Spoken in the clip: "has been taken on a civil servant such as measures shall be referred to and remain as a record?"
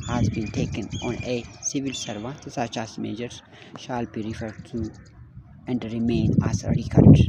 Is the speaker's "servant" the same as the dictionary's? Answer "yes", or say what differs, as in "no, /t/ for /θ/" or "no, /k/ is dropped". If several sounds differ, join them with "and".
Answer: no, /n/ is dropped